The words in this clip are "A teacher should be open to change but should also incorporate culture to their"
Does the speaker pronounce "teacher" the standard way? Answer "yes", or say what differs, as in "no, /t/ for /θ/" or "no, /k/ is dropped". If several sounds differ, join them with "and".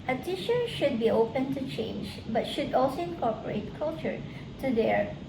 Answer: no, /ʃ/ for /tʃ/